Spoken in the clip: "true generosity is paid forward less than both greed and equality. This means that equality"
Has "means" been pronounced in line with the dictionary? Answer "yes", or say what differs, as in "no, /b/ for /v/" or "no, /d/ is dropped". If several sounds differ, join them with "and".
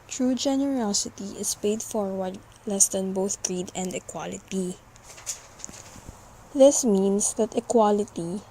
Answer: no, /s/ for /z/